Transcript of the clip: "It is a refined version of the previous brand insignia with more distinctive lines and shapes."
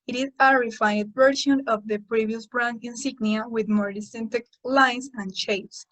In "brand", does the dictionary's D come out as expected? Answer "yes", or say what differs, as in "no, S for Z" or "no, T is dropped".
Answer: no, D is dropped